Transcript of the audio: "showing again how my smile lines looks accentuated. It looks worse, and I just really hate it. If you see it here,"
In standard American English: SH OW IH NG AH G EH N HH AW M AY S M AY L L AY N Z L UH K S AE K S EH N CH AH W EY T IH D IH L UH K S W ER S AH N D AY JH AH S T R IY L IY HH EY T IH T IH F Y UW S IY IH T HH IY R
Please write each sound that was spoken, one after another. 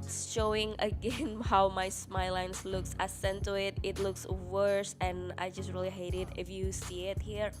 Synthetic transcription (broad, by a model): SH OW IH NG AH G EH N HH AW M AY S M AY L L AY N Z L UH K S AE S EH N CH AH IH T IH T L UH K S W ER S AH N AY JH AH S T R IY L IY HH EY T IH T IH F Y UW S IY IH T HH IY R